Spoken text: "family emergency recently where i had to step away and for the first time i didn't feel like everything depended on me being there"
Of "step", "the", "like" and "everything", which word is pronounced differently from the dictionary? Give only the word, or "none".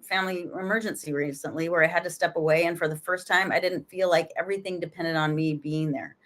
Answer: none